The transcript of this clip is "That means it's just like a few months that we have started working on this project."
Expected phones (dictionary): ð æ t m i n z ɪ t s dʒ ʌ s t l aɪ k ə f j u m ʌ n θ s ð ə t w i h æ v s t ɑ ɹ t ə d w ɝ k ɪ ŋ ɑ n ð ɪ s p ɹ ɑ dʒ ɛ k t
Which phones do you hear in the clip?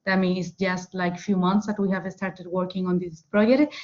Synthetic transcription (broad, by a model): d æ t m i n ɪ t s dʒ ʌ s t l aɪ k f j u m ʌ n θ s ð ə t w i h æ v s t ɑ ɹ t ə d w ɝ k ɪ ŋ ɑ n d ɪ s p ɹ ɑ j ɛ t